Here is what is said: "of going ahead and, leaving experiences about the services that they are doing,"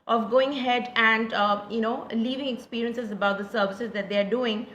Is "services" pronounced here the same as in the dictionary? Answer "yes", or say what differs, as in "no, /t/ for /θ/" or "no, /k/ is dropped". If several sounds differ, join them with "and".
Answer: yes